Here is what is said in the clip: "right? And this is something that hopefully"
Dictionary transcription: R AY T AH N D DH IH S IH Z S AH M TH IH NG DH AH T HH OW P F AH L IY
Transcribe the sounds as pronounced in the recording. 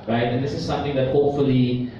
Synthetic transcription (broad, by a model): R AY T AH N D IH S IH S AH M T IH NG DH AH T HH OW P F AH L IY